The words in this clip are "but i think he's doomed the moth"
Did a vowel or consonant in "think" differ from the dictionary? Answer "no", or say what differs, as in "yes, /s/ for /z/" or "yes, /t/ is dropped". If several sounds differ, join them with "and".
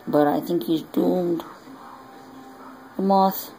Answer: no